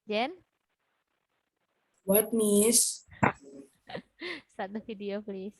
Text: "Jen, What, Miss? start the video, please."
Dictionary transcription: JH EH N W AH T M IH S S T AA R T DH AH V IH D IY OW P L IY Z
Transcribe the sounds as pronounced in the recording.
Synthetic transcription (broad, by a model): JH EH N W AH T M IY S S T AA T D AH F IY D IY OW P L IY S